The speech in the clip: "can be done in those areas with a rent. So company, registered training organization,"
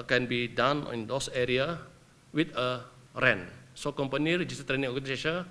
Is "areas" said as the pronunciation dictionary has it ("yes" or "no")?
no